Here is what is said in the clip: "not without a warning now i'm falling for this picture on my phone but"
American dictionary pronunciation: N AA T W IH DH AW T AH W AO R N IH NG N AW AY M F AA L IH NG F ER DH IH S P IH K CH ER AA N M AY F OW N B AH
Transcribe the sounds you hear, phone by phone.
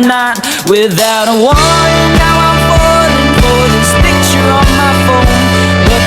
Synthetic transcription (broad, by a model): N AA T W IH DH AW T AH W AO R IH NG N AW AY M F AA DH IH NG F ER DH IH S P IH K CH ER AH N M AY F OW N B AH